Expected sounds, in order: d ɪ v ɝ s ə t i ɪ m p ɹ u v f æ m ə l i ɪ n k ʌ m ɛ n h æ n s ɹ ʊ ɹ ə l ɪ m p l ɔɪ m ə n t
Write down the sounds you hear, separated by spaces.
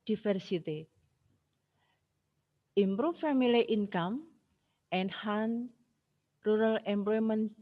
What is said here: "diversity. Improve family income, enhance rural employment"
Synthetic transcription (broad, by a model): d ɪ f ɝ s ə t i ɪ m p ɹ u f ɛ m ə l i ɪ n k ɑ m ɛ n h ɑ n ɹ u ɹ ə l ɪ m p l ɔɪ m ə n